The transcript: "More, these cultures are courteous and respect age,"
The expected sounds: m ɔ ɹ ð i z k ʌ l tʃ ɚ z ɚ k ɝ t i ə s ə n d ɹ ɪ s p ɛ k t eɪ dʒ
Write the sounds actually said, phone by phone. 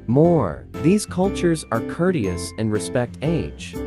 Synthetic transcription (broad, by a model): m ɔ ɹ ð i z k ʌ l tʃ ɚ z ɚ k ɝ t i ə s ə n ɹ ɪ s p ɛ k t eɪ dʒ